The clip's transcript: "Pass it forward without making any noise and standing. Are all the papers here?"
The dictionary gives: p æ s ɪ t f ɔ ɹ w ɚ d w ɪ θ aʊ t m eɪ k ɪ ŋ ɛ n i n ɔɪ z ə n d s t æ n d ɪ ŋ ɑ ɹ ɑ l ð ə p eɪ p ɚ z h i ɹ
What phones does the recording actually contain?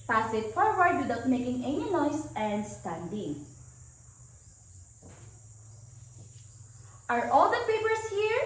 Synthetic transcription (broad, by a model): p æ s ɪ t f ɔ ɹ w ɚ d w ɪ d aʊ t m eɪ k ɪ ŋ ɛ n i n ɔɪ s ə n d s t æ n d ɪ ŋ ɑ ɹ ɑ l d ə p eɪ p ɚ s h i ɹ